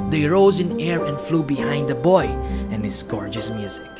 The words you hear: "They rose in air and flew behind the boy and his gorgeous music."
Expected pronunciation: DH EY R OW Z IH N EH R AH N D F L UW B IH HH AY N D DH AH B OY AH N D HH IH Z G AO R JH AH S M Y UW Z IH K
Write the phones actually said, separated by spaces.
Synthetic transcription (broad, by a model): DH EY R OW Z IH N EH R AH N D F L UW B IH HH AY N D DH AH B OY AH N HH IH S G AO R JH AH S M Y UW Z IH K